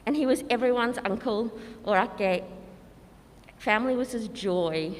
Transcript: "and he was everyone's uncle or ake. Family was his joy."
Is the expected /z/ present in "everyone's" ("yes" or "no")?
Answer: yes